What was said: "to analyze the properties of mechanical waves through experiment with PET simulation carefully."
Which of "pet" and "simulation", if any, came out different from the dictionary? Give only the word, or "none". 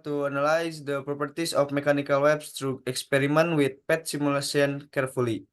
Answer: simulation